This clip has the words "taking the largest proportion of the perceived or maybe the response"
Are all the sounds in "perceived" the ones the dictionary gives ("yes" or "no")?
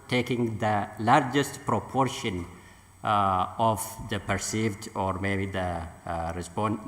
yes